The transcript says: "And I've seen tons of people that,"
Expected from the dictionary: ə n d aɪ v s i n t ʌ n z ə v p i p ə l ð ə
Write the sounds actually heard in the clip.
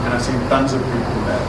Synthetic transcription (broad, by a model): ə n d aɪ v s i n t ʌ n z ə v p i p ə n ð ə